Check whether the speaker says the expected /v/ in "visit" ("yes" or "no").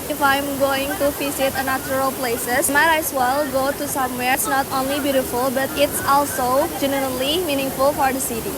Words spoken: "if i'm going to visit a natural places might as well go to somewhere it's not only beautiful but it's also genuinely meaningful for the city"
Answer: no